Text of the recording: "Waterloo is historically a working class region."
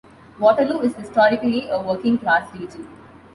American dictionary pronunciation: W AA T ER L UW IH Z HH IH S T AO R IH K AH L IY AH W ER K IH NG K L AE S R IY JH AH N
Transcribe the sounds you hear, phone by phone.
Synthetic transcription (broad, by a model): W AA T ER L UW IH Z HH IH S T AO R IH K AH L IY AH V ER K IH NG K L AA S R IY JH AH